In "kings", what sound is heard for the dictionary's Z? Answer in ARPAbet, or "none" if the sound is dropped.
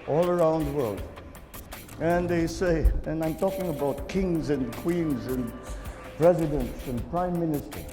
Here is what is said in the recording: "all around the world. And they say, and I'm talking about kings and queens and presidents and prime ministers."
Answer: Z